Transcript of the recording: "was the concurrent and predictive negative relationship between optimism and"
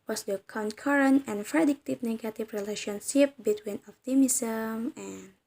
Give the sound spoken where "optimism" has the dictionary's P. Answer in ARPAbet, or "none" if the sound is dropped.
F